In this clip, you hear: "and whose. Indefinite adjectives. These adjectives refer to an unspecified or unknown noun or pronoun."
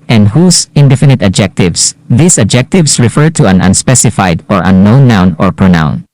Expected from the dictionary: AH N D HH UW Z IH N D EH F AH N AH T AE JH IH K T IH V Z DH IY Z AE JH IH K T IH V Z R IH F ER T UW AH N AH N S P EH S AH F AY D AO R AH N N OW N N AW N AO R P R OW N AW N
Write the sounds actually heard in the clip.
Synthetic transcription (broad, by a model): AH N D HH UW S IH N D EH F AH N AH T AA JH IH K T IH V S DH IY S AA JH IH K T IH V S R IH F ER T UW AH N AH N S P EH S AH F AY D AO R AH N N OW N N AW N AO R P R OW N AW N